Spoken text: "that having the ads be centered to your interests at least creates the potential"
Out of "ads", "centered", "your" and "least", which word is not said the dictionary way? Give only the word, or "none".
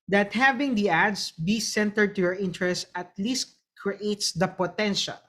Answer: ads